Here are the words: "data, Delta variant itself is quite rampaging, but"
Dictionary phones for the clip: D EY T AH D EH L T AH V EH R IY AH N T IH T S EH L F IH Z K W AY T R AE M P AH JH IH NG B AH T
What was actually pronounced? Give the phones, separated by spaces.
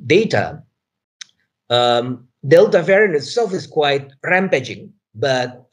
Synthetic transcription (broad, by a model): D EY T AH D EH L T AH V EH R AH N IH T S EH L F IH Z K W AY T R AE M P AH JH IH NG B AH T